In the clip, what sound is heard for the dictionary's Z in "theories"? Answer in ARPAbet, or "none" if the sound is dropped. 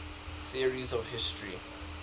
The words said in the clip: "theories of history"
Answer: Z